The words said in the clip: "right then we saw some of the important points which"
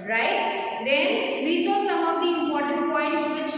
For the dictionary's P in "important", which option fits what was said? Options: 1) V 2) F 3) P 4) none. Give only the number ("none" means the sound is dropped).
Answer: 4